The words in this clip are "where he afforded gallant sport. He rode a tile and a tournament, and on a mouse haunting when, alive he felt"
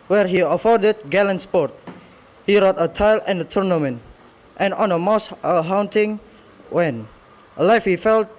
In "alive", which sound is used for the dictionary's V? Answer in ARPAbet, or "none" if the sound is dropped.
F